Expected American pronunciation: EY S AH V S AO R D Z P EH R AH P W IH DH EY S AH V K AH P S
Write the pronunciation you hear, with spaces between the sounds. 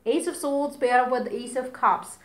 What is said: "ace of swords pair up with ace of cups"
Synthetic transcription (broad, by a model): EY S AH V S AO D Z B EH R AH P W IH DH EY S AH V K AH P S